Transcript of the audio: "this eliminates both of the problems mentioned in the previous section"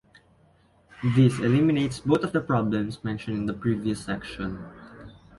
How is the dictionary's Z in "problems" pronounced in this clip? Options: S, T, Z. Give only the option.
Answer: S